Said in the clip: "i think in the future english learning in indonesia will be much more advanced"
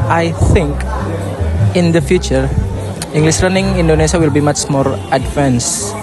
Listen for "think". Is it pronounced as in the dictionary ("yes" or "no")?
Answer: yes